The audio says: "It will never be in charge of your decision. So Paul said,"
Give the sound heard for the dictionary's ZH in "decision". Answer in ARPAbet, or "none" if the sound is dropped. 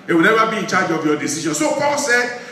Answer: SH